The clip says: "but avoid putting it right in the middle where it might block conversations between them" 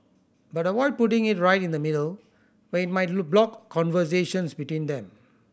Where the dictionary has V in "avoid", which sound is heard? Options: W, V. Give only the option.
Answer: W